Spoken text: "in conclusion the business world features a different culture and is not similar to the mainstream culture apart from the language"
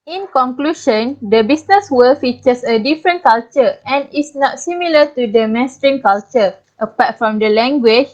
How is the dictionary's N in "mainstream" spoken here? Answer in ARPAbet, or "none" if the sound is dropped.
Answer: none